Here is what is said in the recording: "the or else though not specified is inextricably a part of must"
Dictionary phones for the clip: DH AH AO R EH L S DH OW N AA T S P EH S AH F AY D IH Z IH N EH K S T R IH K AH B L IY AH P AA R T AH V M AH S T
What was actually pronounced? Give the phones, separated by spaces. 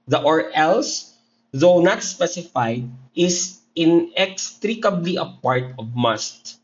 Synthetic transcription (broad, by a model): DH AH AO R EH L S DH OW N AA T S P EH S AH F AY D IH S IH N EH K S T R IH K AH B L IY AH P AA R T AH V M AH S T